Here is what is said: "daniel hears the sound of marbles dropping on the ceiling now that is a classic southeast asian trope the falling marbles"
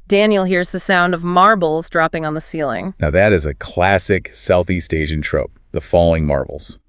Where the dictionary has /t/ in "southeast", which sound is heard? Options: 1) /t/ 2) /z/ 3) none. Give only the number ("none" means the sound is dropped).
1